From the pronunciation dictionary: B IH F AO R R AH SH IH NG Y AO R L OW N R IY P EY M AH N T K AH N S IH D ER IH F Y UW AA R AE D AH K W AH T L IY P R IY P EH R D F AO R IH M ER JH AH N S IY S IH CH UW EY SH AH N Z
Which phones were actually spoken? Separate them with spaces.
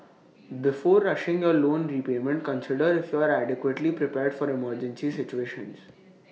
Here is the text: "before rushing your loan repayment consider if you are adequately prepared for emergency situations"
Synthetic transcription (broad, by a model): B IH F AO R R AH SH IH NG Y AO R L OW N R IY P EY M AH N T K AH N S IH D ER IH F Y UW AA R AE D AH K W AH T L IY P R IY P EH R D F AO R IH M ER JH AH N S IY S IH CH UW EY SH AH N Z